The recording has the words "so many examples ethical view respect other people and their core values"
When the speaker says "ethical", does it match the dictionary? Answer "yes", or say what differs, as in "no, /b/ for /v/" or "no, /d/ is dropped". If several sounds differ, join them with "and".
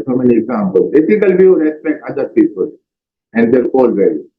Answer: no, /f/ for /θ/